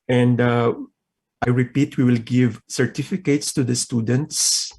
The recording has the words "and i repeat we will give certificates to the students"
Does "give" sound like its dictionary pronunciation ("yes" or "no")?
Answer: yes